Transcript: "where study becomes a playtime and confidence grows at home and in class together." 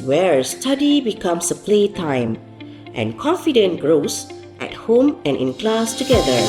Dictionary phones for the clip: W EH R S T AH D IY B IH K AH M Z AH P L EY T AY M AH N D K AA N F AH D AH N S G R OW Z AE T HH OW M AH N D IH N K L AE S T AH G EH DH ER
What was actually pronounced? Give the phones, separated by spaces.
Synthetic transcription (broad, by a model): W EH R S T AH D IY B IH K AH M S AH P L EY T AY M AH N K AA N F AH D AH N G R OW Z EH T HH OW M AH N IH N K L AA S T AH G EH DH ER